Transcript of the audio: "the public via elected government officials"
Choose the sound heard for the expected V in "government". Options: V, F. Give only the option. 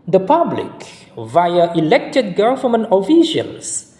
F